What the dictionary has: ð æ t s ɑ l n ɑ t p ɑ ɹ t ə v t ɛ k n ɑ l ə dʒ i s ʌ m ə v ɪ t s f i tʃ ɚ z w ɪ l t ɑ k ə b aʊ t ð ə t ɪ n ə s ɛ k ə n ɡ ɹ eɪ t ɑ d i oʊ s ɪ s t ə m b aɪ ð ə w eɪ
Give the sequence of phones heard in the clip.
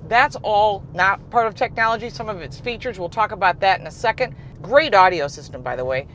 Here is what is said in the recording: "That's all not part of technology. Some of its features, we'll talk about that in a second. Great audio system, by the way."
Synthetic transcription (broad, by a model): ð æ t s ɑ l n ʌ t p ɑ ɹ t ə v t ɛ k n ɑ l ə dʒ i s ʌ m ə v ɪ t s f i tʃ ɚ z w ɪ l t ɑ k ə b aʊ t ð ə t ɪ n ə s ɛ k ə n ɡ ɹ eɪ t ɑ d i oʊ s ɪ s t ə m b aɪ ð ə w eɪ